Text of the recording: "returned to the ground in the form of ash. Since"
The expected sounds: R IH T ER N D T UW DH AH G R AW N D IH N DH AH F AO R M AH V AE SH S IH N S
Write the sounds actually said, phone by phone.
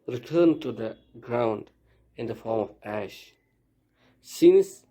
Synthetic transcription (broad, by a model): R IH T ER N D T UW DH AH G R AW N D IH N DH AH F AO R M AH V AE SH S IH N S